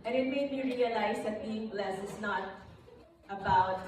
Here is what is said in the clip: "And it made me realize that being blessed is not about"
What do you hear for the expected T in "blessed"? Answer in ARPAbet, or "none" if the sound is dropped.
none